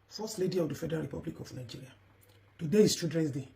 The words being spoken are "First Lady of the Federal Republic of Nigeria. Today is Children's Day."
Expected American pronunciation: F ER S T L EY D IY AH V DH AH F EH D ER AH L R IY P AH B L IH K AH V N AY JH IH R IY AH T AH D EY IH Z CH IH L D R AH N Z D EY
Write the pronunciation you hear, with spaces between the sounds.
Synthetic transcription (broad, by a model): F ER S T L EY D IY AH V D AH F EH D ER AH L R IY P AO B L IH K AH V N AY JH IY R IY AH T AH D EY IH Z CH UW D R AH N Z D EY